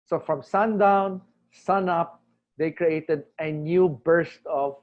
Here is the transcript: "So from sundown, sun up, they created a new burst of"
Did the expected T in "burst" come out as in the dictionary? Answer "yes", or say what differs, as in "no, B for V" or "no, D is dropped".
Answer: yes